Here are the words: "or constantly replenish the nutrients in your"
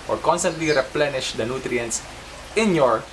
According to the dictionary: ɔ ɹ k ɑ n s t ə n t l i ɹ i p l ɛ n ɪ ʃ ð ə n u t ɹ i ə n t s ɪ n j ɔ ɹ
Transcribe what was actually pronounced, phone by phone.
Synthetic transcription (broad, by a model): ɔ ɹ k ɑ n s t ə n t l i ɹ i p l ɛ n ɪ ʃ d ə n u t ɹ i ə n t s ɪ n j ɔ ɹ